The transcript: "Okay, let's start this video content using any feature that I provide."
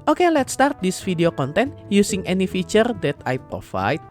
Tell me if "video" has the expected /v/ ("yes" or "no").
no